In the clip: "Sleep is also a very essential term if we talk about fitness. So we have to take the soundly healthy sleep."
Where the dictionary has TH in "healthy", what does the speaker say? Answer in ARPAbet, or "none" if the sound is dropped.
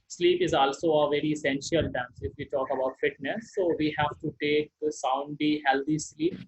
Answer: T